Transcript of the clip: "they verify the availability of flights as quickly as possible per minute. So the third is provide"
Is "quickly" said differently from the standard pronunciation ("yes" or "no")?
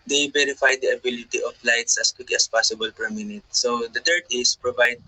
yes